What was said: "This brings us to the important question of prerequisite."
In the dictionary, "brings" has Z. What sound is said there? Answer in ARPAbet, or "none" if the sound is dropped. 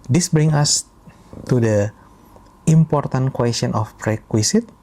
none